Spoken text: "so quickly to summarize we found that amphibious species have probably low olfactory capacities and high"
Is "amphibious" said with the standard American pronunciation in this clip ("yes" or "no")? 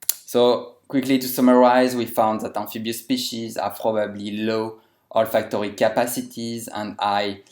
no